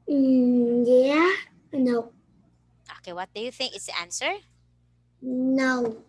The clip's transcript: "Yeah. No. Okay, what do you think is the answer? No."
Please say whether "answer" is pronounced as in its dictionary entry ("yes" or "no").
yes